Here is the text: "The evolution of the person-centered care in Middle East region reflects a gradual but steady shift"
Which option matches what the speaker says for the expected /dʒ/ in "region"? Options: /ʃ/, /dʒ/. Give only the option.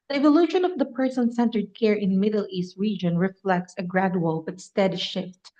/dʒ/